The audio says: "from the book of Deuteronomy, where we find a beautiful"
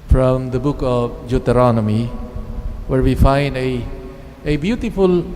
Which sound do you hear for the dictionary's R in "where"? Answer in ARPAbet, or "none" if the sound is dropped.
R